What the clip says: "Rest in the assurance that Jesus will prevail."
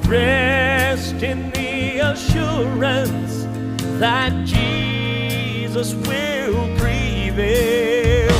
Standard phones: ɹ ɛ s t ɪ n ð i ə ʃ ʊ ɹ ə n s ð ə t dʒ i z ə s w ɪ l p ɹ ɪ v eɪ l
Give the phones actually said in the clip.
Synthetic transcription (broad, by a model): ɹ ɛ s t ɪ n ð i ə ʃ ʊ ɹ ə n s ð ə t dʒ i z ə s w ɪ l p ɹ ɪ v eɪ l